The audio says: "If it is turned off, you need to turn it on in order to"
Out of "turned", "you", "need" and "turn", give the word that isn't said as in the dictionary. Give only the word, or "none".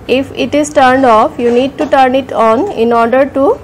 none